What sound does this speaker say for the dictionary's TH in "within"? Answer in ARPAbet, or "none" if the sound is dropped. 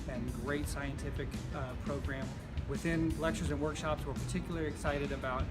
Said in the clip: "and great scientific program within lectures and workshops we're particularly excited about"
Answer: TH